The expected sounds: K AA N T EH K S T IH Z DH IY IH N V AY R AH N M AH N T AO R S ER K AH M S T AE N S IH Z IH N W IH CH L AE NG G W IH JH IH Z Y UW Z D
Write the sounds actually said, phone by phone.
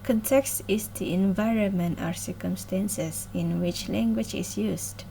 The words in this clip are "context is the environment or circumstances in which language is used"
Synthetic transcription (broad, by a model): K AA N T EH K S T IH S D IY IH N V AY R AH N M AH N T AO R S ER K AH M S T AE N S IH S IH N W IH CH L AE NG G W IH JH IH S Y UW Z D